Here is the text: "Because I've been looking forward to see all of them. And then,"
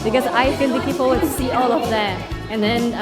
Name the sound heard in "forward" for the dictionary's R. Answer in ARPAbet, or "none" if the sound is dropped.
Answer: L